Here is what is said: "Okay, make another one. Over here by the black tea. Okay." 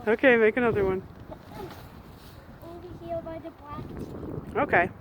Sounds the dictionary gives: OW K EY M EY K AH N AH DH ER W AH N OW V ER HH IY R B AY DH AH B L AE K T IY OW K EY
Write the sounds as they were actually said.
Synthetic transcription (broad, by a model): OW K EY M EY K AH N AH DH ER W AH N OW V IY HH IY L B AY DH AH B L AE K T OW K EY